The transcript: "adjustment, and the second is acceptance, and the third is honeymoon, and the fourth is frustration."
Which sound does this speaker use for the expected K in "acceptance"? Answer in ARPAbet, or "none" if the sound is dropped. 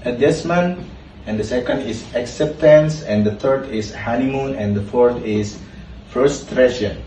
K